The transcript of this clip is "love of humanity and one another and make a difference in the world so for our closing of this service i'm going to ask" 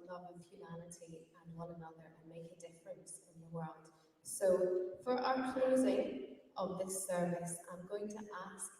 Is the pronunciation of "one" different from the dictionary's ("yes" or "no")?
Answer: yes